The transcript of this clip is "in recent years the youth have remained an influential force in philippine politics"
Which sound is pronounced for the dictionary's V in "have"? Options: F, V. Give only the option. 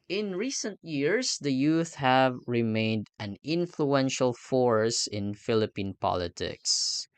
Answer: V